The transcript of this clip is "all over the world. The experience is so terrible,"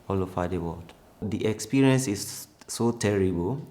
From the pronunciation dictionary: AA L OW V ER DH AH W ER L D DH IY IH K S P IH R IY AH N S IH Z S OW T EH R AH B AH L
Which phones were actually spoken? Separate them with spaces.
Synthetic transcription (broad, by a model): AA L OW F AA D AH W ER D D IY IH K S P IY R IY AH N S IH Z S OW T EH R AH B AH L